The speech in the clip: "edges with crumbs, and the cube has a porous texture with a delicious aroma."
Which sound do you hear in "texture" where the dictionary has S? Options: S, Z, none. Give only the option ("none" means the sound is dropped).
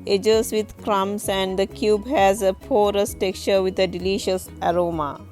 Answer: none